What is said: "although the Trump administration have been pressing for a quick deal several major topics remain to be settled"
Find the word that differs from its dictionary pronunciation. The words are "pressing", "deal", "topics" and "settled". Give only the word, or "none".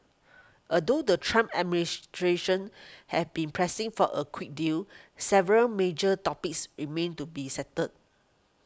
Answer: settled